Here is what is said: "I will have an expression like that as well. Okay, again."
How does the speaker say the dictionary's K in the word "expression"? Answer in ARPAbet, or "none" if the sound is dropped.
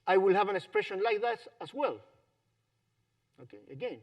K